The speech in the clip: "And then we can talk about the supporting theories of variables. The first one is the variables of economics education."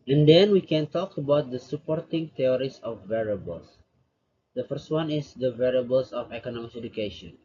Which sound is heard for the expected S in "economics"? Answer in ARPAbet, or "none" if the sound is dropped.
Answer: none